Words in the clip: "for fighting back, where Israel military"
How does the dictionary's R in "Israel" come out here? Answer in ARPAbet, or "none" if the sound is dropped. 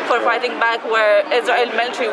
none